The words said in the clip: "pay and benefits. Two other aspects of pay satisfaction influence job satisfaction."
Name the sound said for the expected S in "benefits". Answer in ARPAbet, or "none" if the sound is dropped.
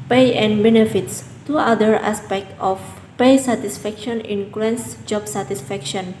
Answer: S